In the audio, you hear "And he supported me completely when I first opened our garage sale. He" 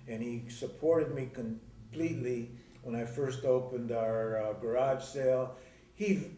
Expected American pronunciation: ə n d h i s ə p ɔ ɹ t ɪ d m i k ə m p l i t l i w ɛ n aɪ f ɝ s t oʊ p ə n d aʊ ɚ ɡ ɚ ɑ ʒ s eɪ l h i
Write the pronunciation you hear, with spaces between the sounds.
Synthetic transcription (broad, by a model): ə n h i s ə p ɔ ɹ t ɪ d m i k ə m p l i t l i w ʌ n aɪ f ɝ s t oʊ p ə n d aʊ ɚ ɡ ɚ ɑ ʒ s eɪ l h i